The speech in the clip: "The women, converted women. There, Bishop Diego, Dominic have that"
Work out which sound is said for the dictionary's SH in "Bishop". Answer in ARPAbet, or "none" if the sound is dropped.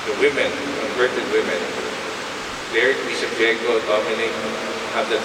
S